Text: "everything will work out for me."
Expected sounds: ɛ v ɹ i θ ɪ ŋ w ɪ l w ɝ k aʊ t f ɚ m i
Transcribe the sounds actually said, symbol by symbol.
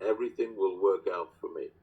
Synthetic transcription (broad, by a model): ɛ v ɹ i θ ɪ ŋ w ɪ l w ɝ k aʊ t f ɚ m i